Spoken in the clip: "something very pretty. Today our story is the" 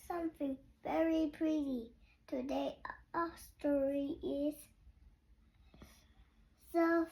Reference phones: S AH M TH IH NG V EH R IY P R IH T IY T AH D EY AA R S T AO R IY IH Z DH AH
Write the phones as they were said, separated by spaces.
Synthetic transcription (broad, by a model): S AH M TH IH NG V EH R IY P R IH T IY T AH D EY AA S T AO R IY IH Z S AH